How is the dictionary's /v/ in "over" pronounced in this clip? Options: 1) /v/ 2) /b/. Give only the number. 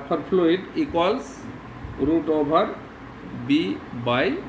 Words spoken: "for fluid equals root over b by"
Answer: 2